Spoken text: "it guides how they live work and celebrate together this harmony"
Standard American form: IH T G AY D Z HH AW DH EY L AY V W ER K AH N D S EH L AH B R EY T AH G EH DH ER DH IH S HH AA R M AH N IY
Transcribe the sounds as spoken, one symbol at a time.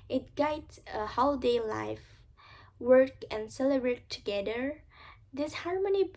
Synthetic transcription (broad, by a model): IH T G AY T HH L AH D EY L AY F W ER K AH N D S EH L AH B R EY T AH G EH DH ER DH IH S HH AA R M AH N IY